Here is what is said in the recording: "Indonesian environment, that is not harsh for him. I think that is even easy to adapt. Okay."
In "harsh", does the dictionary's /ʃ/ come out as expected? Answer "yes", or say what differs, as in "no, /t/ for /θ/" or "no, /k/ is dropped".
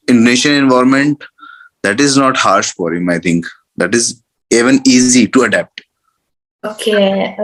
yes